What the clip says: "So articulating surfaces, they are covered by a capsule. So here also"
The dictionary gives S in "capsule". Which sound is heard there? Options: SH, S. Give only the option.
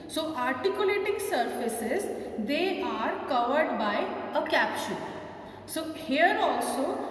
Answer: SH